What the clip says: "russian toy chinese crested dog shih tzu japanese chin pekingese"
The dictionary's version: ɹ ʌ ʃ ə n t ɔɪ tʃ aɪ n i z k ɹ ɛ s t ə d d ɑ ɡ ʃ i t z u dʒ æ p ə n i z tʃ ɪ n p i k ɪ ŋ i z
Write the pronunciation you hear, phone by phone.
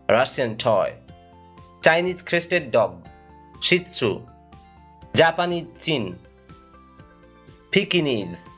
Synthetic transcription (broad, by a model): ɹ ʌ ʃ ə n t ɔɪ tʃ aɪ n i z k ɹ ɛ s t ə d d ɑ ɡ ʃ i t s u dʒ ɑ p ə n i tʃ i n p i k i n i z